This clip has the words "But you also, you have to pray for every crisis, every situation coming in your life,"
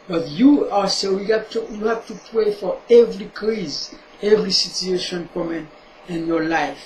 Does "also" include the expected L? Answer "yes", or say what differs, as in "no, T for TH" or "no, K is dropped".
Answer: no, L is dropped